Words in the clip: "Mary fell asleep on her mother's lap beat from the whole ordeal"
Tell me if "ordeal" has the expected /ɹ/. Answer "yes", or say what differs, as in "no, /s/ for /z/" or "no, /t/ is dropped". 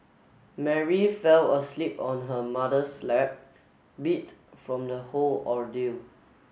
yes